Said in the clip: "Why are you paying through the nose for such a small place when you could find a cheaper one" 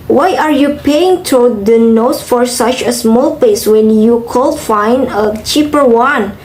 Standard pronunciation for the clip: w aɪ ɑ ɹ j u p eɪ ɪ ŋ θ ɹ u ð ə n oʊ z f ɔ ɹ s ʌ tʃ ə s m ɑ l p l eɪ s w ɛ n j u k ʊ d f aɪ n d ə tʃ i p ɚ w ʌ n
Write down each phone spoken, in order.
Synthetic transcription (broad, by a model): w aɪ ɑ ɹ j u p eɪ ɪ ŋ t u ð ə n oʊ s f ɔ ɹ s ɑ tʃ ə s m ɑ l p eɪ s w ɛ n j u k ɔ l f aɪ n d ə tʃ i p ɚ w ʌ n